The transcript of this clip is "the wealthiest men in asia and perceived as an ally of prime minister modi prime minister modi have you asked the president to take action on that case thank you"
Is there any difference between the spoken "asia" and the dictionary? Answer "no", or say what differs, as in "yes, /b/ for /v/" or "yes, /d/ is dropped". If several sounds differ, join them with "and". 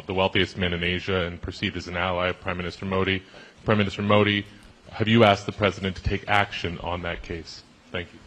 no